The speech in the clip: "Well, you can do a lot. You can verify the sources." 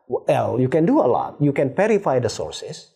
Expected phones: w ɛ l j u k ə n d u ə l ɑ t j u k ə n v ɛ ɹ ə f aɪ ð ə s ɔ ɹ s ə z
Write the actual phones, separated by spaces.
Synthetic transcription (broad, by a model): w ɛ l j u k ə n d u ə l ɑ t j u k ə n p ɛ ɹ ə f aɪ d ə s ɔ ɹ s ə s